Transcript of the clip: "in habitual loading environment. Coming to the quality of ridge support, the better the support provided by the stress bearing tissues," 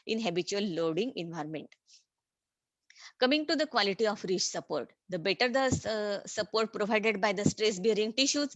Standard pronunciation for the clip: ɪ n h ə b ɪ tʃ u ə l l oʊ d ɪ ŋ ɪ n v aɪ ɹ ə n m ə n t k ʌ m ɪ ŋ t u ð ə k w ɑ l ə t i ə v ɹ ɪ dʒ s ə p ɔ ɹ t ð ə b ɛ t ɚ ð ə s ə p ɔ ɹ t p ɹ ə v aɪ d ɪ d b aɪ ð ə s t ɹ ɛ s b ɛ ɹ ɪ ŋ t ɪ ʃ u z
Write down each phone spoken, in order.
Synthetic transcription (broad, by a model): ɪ n h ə b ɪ tʃ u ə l l oʊ d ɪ ŋ ɪ n v aɪ ɹ ə n m ə n t k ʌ m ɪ ŋ t u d ə k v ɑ l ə t i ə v ɹ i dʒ s ə p ɔ ɹ t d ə b ɛ t ɚ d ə s ə p ɔ ɹ t p ɹ ə v aɪ d ɪ d b aɪ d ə s t ɹ ɛ s b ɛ ɹ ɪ ŋ t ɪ ʃ u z